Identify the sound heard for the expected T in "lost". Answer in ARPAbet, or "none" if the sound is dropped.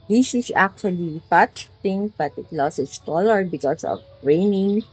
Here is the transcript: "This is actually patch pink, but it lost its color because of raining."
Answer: none